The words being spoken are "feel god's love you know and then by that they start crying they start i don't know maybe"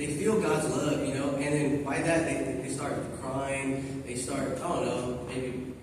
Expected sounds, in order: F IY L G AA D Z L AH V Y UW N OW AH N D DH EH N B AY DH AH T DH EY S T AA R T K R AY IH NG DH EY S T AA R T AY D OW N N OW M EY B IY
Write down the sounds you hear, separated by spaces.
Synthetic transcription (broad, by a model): F IY L G AA D Z L AH V Y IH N OW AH N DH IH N B AY DH AH T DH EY S T AA R T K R AY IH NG DH EY S T AA R T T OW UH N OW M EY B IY